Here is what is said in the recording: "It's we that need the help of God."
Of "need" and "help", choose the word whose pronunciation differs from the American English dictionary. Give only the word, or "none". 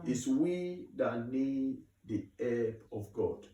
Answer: help